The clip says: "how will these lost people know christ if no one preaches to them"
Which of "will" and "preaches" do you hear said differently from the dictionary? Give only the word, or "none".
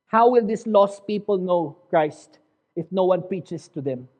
preaches